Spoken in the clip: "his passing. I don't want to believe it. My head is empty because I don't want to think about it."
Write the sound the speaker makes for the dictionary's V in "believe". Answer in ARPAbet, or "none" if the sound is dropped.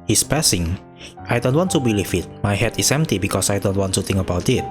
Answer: F